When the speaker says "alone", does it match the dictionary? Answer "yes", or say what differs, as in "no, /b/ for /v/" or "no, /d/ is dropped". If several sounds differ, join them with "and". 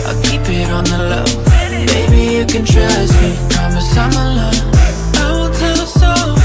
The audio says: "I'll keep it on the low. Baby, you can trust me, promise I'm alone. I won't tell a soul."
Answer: no, /n/ is dropped